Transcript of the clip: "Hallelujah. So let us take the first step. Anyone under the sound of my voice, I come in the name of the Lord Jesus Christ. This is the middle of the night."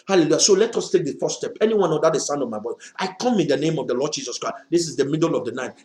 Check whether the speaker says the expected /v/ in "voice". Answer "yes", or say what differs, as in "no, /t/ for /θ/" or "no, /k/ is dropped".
no, /b/ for /v/